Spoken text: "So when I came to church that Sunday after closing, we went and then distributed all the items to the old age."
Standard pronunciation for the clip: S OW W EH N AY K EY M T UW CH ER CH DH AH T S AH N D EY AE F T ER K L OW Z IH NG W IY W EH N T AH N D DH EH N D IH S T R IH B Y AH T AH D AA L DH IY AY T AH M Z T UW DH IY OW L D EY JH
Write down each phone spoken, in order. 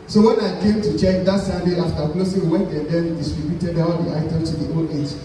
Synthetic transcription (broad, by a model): S OW W EH N AY K EY M T UW CH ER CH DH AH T S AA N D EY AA F T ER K L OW S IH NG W W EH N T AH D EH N D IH S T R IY B Y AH T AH D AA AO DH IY AY T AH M S T UW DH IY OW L EY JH